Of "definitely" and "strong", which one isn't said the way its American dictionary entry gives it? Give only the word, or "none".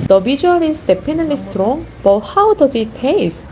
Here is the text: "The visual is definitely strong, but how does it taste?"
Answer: definitely